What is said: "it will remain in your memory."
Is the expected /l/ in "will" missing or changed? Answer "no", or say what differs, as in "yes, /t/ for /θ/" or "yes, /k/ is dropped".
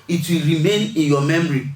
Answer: no